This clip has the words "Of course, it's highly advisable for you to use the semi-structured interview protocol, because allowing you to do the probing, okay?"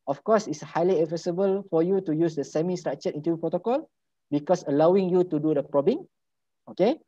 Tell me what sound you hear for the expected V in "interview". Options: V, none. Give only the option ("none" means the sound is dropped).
none